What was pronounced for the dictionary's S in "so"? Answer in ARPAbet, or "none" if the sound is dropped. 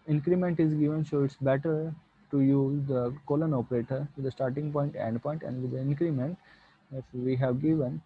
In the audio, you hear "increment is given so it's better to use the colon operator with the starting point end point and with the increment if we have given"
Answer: SH